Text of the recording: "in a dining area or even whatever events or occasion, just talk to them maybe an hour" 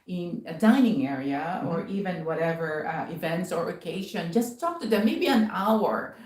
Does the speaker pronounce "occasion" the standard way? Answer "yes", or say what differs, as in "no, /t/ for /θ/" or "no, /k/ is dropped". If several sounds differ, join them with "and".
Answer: no, /ʃ/ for /ʒ/